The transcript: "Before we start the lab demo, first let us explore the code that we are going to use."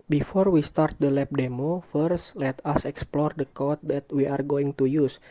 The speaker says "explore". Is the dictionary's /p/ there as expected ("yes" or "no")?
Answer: yes